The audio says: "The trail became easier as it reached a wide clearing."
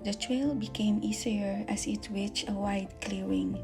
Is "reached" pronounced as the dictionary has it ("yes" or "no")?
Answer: no